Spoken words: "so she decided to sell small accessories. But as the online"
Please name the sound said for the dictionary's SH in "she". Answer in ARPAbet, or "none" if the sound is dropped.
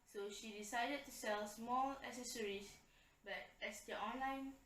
SH